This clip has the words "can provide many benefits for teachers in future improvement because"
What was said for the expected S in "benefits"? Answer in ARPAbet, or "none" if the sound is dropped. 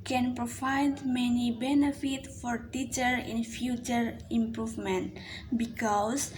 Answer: none